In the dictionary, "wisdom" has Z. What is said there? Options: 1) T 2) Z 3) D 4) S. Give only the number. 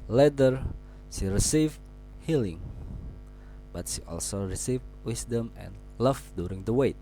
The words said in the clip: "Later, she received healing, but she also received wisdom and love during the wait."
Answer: 4